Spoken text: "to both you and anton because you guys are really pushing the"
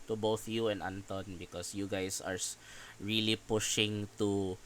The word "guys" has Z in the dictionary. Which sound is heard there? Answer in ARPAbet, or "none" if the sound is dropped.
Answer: S